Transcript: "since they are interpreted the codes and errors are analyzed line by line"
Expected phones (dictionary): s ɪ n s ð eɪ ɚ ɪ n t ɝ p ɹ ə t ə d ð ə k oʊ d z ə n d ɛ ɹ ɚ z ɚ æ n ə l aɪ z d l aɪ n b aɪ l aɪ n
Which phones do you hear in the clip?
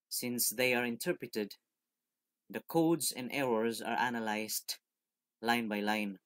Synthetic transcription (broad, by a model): s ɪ n s ð eɪ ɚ ɪ n t ɝ p ɹ ə t ə d ð ə k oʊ d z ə n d ɛ ɹ ɚ z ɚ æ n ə l aɪ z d l aɪ n b aɪ l aɪ n